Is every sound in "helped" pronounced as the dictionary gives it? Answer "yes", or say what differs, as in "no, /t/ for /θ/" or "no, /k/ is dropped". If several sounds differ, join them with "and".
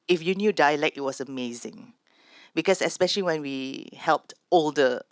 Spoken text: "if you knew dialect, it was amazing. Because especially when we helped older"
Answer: yes